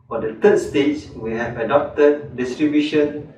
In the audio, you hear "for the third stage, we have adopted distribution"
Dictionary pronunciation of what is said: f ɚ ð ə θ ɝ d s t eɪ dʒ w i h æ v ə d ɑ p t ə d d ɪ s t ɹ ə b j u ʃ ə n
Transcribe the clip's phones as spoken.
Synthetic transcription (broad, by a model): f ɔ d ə t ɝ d s t eɪ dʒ w i h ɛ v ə d ɑ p t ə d d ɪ s t ɹ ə b j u ʃ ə n